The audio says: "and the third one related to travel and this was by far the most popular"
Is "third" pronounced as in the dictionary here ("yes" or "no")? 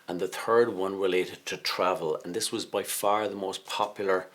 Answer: yes